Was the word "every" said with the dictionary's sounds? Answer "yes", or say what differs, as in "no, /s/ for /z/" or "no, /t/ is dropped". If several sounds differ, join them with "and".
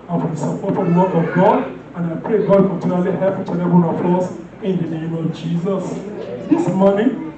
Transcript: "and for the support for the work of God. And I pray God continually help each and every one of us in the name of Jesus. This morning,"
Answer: no, /ɹ/ is dropped